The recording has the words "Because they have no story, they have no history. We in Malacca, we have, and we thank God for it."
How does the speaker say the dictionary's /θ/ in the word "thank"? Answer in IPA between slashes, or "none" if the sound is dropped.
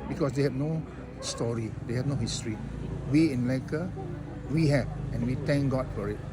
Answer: /t/